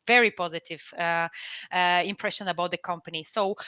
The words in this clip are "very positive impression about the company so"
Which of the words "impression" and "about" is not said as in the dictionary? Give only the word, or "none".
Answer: none